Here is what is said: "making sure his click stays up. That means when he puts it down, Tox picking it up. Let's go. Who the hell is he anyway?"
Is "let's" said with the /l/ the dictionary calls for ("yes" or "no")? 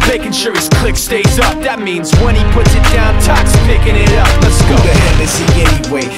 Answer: no